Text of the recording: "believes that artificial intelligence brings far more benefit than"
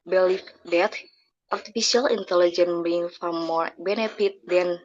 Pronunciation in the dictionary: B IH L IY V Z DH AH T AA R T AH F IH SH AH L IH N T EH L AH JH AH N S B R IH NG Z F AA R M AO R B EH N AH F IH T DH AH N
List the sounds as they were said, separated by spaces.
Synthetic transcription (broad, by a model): B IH L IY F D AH T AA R T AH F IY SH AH L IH N T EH L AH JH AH N B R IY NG F AA R M AO R B EH N AH F IH T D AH N